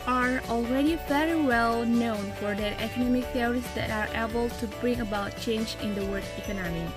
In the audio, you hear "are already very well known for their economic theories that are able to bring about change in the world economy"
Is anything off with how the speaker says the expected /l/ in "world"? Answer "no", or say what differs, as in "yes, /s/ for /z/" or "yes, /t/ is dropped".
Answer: yes, /l/ is dropped